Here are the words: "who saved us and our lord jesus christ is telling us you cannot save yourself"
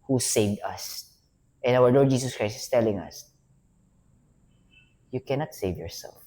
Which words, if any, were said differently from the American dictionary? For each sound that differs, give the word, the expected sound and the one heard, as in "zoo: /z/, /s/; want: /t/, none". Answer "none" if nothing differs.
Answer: jesus: /z/, /s/; is: /z/, /s/